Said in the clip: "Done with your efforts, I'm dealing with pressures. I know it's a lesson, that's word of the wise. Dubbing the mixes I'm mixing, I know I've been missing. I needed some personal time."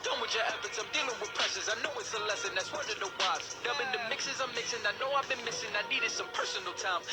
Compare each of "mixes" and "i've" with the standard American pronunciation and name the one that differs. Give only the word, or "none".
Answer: none